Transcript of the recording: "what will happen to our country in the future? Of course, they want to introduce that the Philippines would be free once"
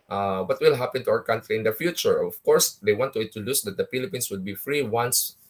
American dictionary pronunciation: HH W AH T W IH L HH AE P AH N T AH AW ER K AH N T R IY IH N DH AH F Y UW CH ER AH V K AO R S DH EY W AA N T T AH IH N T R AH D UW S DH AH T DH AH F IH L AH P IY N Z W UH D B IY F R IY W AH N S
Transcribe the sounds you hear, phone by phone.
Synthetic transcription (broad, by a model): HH W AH T W IH L HH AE P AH N T AH AW ER K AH N T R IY IH N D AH F Y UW CH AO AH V K AO R S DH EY W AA N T T AH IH T AH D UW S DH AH T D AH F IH L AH P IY N S W UH D B IY F R IY W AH N S